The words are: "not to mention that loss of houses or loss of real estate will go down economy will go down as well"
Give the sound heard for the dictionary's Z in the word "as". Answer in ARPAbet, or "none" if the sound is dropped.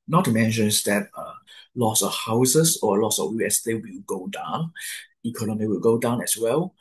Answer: S